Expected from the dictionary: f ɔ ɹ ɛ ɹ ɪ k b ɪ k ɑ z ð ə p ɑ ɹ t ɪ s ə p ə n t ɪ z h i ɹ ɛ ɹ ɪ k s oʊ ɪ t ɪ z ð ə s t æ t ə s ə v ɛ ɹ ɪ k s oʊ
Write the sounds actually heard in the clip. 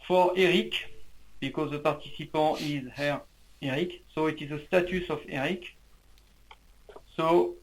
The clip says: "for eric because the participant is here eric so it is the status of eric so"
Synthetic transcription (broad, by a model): f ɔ ɹ ɛ ɹ ɪ k b ɪ k ɑ z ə p ɑ ɹ t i s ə p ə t ɪ z h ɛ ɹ ɛ ɹ ɪ k s oʊ ɪ t ɪ z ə s t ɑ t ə s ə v ɛ ɹ ɪ k s oʊ